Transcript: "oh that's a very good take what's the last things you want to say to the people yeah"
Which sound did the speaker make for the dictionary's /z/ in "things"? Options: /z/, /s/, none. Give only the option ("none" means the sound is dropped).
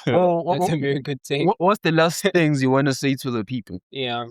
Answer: /z/